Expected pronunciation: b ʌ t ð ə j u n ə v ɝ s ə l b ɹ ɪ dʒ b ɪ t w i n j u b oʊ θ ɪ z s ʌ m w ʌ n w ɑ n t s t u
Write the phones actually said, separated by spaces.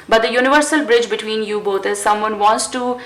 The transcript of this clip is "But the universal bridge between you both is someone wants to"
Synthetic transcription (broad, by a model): b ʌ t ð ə j u n ə v ɝ s ə l b ɹ ɪ dʒ b ɪ t w i n j u b oʊ t ɪ z s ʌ m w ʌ n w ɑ n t s t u